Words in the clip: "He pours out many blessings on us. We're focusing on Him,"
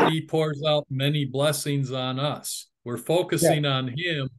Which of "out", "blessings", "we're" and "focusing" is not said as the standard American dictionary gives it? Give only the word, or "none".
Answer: none